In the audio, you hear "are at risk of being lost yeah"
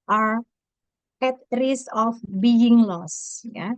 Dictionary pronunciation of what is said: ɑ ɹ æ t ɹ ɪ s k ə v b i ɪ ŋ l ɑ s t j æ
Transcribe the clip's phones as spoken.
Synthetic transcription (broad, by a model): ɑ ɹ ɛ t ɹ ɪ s ə f b i ɪ ŋ l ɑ s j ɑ